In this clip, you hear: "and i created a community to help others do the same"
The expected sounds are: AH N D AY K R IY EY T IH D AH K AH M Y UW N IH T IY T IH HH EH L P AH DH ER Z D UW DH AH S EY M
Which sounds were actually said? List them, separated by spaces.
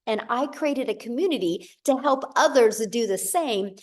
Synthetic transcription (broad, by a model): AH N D AY K R IY EY T IH D AH K AH M Y UW N IH T IY T IH HH EH L P AH DH ER Z D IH DH AH S EY M